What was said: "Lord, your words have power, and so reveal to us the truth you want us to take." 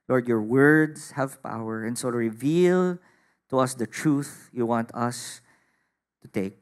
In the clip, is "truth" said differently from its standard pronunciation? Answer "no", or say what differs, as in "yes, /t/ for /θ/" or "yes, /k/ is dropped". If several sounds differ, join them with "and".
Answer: no